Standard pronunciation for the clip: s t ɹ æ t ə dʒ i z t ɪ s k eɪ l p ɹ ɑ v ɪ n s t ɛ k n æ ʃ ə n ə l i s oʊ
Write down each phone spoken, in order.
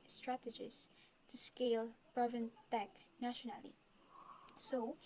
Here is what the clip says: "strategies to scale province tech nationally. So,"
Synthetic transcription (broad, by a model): s t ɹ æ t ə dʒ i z t ɪ s k eɪ l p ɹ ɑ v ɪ n t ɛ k n æ ʃ ə n ə l i s oʊ